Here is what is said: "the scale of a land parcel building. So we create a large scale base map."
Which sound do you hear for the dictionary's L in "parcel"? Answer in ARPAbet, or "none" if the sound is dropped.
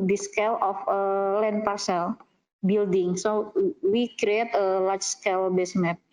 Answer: L